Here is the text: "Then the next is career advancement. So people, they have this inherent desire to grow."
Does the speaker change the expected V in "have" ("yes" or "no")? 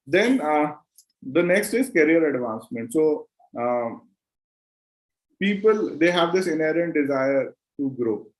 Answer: no